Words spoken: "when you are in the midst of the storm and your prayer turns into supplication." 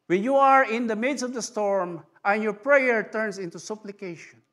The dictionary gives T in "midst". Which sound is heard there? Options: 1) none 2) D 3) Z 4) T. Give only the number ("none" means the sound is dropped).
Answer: 1